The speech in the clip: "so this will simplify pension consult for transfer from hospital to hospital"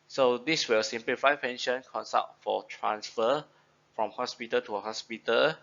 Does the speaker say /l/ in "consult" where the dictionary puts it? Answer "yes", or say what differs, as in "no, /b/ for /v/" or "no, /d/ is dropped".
no, /l/ is dropped